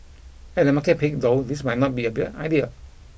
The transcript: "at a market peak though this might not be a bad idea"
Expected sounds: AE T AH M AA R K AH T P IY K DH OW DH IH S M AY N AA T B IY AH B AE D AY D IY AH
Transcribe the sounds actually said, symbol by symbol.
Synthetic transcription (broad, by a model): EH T AH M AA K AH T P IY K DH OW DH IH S M AY N AA T B IY AH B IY AY D IY AH